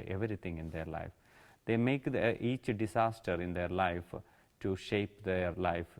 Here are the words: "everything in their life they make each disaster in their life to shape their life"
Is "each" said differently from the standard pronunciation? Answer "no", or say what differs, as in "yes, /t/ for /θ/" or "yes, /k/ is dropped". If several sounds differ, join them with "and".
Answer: no